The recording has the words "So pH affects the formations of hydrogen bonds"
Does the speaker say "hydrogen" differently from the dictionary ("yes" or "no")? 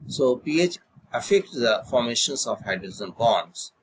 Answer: yes